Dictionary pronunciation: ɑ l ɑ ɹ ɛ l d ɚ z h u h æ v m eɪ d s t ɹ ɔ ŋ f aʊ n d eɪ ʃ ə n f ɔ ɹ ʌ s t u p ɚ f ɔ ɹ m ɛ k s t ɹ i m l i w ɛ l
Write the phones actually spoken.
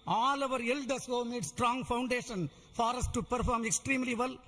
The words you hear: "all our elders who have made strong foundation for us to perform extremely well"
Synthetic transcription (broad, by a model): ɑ l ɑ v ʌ d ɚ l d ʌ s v m eɪ d s t ɹ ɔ ŋ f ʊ n d eɪ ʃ ə n f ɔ ɹ ʌ s t u p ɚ f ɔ ɹ m ɛ k s t ɹ i m l i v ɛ l